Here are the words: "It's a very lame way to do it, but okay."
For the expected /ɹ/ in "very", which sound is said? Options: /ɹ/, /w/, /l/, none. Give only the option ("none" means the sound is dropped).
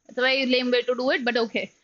none